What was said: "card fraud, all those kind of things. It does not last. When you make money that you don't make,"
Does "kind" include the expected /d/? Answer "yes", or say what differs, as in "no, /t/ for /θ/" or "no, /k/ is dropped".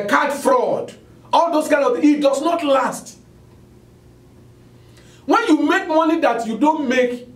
no, /d/ is dropped